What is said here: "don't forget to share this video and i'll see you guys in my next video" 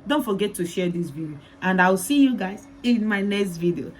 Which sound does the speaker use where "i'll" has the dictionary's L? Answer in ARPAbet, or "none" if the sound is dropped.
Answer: W